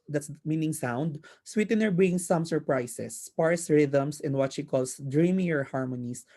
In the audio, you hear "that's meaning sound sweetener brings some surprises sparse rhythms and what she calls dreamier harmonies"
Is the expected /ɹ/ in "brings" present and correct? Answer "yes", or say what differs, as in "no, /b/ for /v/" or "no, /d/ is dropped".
no, /ɹ/ is dropped